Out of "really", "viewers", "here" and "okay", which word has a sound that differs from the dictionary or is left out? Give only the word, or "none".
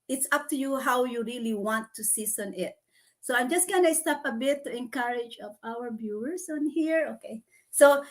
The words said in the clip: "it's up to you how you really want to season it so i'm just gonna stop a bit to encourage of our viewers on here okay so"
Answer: viewers